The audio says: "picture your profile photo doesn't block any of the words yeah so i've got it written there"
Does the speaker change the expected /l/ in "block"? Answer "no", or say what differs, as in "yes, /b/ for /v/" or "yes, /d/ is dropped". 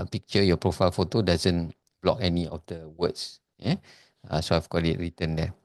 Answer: no